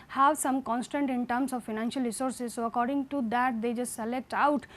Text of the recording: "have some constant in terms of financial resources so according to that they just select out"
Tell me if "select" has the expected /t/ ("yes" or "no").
yes